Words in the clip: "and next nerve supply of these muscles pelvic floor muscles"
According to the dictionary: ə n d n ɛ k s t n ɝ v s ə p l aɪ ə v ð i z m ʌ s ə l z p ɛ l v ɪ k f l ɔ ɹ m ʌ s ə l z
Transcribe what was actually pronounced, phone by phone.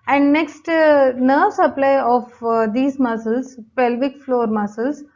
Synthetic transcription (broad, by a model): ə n d n ɛ k s t n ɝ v s ə p l aɪ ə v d i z m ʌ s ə l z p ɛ l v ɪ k f l ɔ ɹ m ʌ s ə l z